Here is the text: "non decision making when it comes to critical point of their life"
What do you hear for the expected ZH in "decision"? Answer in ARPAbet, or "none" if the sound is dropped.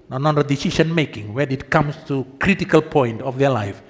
SH